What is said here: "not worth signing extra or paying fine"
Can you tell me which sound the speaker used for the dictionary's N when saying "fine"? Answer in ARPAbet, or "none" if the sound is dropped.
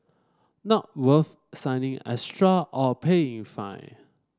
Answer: none